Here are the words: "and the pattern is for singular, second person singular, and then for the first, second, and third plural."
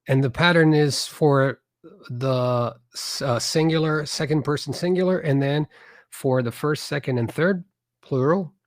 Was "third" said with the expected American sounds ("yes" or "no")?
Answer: yes